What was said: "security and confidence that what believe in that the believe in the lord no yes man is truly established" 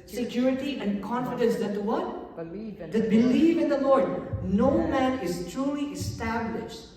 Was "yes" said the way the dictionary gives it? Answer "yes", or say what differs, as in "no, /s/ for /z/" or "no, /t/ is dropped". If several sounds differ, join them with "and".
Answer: no, /s/ is dropped